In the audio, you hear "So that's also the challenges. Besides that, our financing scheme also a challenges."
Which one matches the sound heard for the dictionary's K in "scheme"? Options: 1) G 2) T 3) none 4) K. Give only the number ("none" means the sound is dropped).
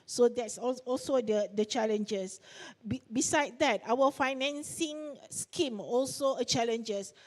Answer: 4